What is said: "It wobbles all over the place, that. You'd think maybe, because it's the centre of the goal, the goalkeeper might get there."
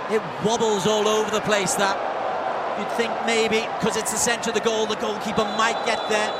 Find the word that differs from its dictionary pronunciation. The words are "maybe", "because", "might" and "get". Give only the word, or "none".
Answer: maybe